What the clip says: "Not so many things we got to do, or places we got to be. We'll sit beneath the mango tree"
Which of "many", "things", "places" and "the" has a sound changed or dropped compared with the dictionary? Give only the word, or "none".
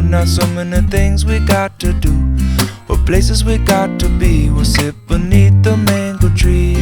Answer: none